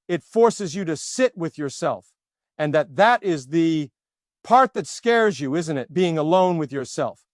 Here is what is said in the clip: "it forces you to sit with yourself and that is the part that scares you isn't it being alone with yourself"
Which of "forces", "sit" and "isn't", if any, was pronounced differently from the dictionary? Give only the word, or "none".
none